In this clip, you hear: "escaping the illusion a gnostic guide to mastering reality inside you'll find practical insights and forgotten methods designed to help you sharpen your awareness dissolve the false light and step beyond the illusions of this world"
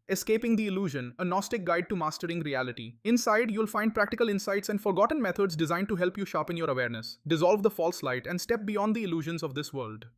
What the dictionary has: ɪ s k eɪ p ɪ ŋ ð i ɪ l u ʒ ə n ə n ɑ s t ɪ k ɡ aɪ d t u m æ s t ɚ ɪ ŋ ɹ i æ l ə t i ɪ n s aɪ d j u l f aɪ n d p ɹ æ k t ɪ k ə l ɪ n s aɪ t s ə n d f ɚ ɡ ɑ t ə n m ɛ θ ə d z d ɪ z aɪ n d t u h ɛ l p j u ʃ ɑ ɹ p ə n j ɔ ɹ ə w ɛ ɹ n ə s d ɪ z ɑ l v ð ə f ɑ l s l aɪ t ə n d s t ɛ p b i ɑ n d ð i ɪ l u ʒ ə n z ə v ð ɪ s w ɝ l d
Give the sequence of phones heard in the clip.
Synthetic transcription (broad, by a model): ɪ s k eɪ p ɪ ŋ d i ɪ l u ʒ ə n ə n ɑ s t ɪ k ɡ aɪ d t u m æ s t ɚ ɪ ŋ ɹ i æ l ə t i ɪ n s aɪ d j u l f aɪ n d p ɹ æ k t ɪ k ə l ɪ n s aɪ t s ə n d f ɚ ɡ ɑ t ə n m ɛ t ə d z d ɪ z aɪ n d t u h ɛ l p j u ʃ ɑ p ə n j ɔ ɹ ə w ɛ ɹ n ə s d ɪ z ɑ l v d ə f ɑ l s l aɪ t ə n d s t ɛ p b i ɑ n d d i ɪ l u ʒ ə n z ə v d ɪ s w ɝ l d